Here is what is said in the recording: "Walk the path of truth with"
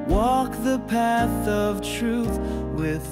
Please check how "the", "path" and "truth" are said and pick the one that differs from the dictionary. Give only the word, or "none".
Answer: none